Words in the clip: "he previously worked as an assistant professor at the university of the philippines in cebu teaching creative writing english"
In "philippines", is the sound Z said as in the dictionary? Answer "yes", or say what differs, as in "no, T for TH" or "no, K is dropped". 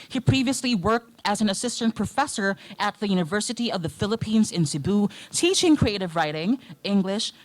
yes